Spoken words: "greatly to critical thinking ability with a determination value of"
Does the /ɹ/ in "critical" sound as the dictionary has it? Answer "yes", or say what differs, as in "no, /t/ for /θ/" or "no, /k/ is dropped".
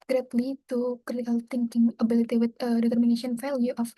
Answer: no, /ɹ/ is dropped